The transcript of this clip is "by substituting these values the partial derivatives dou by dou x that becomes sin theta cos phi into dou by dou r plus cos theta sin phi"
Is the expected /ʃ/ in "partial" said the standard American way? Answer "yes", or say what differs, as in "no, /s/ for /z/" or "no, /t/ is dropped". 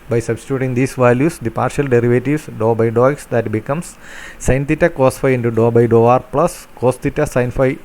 yes